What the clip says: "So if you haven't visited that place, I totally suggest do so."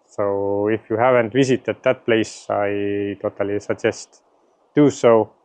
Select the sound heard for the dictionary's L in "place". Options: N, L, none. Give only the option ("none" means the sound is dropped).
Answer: L